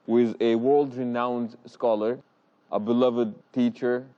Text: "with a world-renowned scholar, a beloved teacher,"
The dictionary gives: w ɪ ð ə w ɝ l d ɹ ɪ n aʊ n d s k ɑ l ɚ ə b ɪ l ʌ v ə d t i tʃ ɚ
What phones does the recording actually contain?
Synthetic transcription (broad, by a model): w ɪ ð ə w ɝ l d ɹ ɪ n aʊ n d s k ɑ l ɚ ə b ɪ l ʌ v ə d t i tʃ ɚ